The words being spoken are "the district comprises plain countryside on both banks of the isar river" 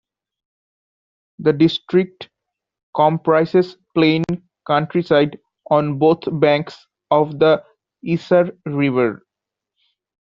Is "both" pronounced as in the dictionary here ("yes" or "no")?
no